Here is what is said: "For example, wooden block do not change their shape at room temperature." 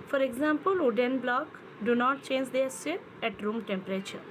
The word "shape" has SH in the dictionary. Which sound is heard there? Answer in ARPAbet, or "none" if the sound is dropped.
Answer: S